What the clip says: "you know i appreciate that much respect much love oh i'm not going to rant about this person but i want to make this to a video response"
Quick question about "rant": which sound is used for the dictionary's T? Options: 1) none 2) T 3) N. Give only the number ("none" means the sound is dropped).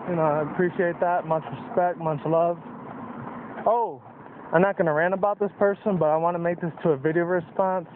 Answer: 1